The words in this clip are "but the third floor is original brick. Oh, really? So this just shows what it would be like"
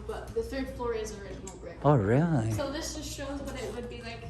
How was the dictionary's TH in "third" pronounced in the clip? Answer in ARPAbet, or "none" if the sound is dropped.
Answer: TH